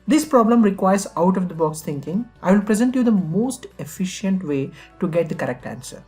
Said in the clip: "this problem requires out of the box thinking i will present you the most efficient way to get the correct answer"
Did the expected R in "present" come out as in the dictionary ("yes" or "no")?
yes